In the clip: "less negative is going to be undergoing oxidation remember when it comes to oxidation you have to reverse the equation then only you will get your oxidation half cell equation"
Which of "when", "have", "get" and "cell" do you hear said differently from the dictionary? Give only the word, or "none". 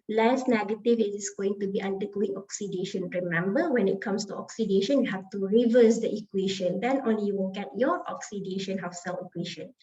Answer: have